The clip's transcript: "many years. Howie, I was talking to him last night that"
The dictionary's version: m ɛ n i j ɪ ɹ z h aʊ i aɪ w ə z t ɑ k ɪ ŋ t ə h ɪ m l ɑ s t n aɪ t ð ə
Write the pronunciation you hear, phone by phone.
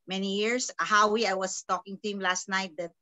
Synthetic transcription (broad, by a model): m ɛ n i j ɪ ɹ s h aʊ i aɪ w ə s t ɑ k ɪ ŋ t ə h ɪ m l ɑ s t n aɪ t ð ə